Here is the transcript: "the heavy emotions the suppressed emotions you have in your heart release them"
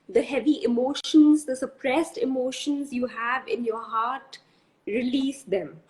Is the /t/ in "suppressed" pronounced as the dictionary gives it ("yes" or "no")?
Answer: yes